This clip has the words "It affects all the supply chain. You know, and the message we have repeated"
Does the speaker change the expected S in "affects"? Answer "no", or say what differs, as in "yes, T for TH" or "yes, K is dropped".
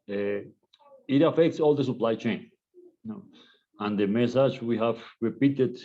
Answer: no